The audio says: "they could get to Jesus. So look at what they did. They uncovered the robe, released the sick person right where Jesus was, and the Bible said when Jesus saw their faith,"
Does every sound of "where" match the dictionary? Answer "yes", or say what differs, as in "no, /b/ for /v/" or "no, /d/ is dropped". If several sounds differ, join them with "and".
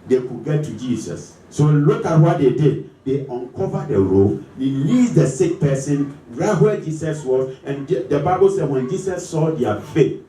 no, /l/ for /ɹ/